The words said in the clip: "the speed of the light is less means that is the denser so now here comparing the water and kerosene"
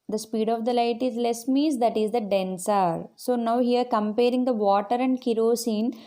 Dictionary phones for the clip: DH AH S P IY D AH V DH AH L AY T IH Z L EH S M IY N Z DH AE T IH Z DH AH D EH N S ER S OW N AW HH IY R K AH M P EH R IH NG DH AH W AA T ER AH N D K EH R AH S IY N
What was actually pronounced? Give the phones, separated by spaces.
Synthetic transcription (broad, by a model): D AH S P IY D AH V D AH L AY T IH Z L EH S M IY Z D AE T IH Z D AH D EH N S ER S OW N AW HH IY R K AH M P EH R IH NG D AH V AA T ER AH N D K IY R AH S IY N